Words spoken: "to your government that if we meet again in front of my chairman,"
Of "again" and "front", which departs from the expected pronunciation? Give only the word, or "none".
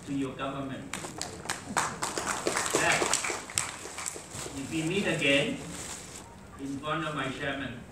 front